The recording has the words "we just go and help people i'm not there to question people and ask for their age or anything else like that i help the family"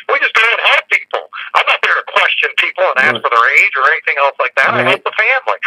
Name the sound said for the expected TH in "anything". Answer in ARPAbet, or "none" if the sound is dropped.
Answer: TH